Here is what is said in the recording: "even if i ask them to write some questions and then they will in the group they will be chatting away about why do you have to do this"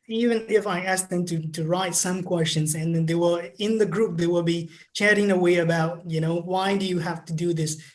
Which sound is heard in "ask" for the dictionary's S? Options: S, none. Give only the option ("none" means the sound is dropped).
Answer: S